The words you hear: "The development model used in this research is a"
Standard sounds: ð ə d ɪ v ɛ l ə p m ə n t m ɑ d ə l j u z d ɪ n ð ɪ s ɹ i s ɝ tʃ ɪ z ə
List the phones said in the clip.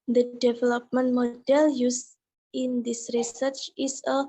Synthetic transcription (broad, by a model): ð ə d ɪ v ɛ l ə p m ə n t m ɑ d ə l j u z ɪ n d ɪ s ɹ i s ɝ tʃ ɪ s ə